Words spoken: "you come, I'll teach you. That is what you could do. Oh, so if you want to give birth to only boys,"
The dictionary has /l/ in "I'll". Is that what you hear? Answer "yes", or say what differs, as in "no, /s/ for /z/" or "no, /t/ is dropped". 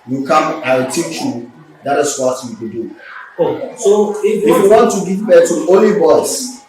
no, /w/ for /l/